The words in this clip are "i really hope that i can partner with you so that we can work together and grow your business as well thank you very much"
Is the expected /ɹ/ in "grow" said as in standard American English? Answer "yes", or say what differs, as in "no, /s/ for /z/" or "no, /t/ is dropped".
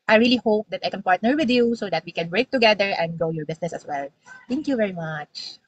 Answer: no, /ɹ/ is dropped